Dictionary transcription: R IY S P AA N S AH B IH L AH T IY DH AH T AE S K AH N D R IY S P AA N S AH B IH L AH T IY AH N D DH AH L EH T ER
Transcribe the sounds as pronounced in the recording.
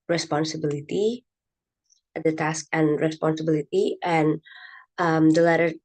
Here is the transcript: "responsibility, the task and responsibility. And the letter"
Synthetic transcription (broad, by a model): R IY S P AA N S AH B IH L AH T IY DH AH T AE S K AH N R IY S P AA N S AH B IH L AH T IY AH N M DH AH L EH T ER